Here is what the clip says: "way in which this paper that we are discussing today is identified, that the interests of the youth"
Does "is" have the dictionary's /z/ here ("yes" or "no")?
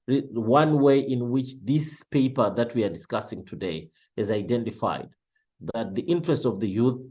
yes